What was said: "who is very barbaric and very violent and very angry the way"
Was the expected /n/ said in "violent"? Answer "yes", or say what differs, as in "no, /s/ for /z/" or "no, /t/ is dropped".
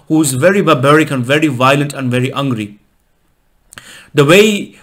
yes